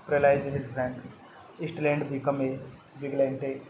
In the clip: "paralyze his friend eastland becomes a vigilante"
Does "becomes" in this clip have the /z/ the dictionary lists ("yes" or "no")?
no